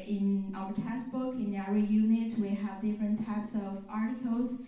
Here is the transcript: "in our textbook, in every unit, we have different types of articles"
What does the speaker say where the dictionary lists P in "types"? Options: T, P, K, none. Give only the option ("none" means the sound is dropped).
P